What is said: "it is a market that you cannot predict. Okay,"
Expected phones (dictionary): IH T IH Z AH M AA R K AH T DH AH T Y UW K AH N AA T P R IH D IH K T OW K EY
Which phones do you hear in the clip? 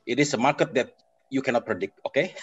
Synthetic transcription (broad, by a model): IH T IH S AH M AA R K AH T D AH T Y UW K AH N AA T P R IH D IH K T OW K EY